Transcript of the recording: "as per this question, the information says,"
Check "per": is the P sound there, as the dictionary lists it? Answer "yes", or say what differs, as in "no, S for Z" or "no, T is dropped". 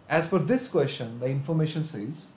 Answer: no, F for P